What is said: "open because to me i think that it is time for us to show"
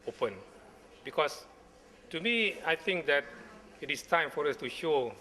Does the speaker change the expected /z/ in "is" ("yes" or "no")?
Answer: yes